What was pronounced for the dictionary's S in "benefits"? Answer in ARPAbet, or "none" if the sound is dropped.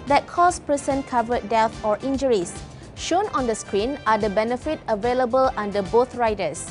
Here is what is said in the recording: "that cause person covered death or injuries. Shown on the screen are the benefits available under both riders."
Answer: none